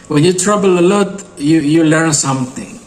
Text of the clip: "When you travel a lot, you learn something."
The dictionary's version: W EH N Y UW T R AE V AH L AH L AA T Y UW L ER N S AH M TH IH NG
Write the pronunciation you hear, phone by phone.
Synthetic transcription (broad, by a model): W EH N Y UW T R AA B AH L AH L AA T Y UW L ER N S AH M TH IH NG